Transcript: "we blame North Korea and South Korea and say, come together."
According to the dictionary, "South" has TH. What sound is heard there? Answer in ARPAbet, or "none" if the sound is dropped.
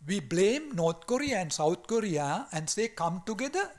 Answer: T